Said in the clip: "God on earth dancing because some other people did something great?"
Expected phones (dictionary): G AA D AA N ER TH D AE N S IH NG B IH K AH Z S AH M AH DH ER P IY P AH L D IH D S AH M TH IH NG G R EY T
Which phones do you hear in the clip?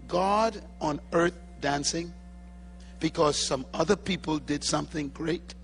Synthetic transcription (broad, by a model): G AA D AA N ER TH D AE N S IH NG B IH K AH Z S AH M AH DH ER P IY P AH L D IH D S AH M TH IH NG G R EY T